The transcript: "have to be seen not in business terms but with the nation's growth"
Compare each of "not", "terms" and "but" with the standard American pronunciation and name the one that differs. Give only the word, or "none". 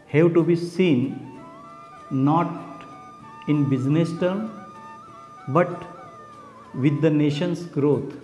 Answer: terms